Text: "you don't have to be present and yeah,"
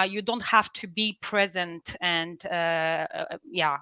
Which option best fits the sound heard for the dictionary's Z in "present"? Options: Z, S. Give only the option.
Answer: Z